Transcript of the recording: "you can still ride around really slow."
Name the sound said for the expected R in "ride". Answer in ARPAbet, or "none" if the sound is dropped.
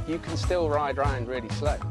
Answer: R